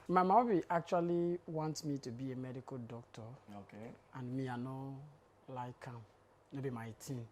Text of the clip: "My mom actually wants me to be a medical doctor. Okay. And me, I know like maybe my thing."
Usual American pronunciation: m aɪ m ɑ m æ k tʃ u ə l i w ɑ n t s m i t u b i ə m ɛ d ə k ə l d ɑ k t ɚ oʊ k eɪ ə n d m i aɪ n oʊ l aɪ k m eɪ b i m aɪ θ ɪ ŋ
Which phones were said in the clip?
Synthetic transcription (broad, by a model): m aɪ m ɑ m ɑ k tʃ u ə l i w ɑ n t m i t u b i ə m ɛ d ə k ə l d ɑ k t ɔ oʊ k eɪ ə n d m i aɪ n oʊ l aɪ k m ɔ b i m aɪ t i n